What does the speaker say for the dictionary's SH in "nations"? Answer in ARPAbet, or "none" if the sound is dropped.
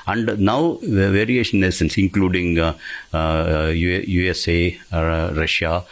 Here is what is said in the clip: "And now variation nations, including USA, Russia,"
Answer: S